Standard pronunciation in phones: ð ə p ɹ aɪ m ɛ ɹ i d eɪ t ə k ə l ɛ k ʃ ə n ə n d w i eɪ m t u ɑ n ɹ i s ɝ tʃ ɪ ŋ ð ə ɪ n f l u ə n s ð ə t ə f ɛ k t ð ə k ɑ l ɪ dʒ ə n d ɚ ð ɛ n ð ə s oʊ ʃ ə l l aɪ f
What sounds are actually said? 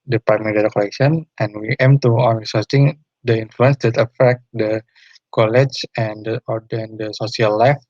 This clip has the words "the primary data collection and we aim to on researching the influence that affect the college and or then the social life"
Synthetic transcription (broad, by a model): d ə p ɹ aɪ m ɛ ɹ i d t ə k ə l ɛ k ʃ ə n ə n w i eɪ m t u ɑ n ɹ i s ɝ s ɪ ŋ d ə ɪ n f l u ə n s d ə t ə f ɛ k t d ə k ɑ l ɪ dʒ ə n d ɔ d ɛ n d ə s oʊ s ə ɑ l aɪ f